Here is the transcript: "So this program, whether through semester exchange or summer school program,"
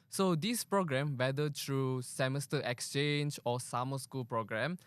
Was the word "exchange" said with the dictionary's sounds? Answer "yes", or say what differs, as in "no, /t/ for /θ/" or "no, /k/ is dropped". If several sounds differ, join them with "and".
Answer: yes